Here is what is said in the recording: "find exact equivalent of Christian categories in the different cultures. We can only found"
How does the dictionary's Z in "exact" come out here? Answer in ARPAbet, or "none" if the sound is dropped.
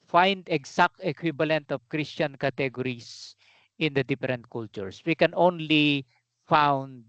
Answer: S